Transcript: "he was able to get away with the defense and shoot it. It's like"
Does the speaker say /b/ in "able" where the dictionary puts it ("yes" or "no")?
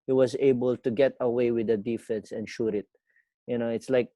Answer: yes